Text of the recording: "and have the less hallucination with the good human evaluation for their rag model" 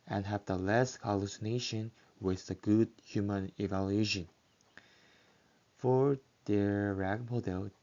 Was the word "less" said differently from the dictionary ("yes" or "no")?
no